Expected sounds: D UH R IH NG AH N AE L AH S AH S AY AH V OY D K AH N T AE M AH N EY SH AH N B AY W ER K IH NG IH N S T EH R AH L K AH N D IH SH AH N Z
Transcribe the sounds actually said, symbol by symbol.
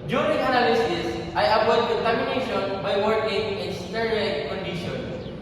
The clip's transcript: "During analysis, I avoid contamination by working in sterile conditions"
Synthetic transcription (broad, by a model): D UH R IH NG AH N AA L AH S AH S AY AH P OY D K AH N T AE M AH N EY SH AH N B AY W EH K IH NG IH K S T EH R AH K K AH N D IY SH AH N